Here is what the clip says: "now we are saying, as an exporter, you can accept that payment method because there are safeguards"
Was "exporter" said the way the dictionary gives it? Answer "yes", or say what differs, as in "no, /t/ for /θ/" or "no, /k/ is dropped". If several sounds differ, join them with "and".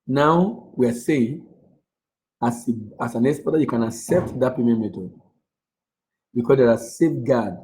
no, /b/ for /p/